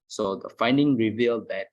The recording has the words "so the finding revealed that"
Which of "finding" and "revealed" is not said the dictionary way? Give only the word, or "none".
none